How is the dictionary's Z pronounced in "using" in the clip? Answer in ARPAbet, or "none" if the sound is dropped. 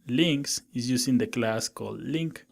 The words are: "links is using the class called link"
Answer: S